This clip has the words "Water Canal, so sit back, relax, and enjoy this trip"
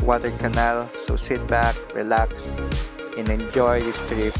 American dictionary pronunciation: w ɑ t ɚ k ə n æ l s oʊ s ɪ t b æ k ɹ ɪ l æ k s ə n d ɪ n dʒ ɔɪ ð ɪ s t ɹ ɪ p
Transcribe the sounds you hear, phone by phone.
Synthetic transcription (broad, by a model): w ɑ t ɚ k ə n æ l s oʊ s ɪ t b æ k ɹ ɪ l æ k s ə n ɪ n dʒ ɔɪ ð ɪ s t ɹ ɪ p